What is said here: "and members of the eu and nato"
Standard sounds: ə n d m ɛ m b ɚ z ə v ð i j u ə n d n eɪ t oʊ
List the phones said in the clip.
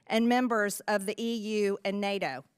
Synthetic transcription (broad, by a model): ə n m ɛ m b ɚ z ə v ð i j u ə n n eɪ t oʊ